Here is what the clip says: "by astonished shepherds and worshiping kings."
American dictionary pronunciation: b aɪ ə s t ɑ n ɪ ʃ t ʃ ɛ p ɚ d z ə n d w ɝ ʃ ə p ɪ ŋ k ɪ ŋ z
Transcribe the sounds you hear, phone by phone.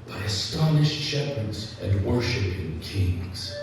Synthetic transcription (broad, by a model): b aɪ ə s t ɑ n ɪ ʃ t ʃ ɛ p ɚ d z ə n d w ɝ ʃ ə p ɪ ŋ k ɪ ŋ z